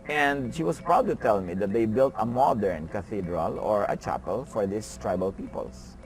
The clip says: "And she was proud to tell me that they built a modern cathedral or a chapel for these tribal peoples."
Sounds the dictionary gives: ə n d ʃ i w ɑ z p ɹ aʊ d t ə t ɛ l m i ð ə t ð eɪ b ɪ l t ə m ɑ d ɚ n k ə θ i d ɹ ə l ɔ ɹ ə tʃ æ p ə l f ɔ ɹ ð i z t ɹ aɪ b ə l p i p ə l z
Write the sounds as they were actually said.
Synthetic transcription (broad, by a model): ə n d ʃ i w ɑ s p ɹ aʊ d t ə t ɛ l m i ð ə t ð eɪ b ɪ l t ə m ɑ d ɚ n k ə θ i d ɹ ə l ɔ ɹ ə tʃ æ p ə l f ɔ ɹ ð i s t ɹ aɪ b ə l p i p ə l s